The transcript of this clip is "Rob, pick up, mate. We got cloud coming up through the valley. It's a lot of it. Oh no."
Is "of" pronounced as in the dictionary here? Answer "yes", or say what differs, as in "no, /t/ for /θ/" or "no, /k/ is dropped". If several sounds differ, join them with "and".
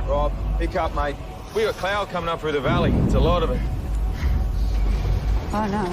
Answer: yes